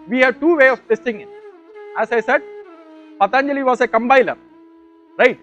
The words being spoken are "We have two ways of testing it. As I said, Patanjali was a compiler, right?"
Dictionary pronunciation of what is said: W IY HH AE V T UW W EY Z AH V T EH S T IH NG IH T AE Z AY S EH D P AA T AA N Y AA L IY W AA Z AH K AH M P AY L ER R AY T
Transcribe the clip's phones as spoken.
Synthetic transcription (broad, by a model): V IY HH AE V T UW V EY AH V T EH S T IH NG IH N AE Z AY S EH D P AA T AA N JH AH L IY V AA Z AH K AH M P AY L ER R AY T